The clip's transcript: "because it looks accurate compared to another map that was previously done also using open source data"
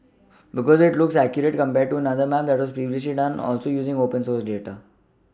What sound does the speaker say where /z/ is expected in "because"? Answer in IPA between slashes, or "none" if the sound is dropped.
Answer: /z/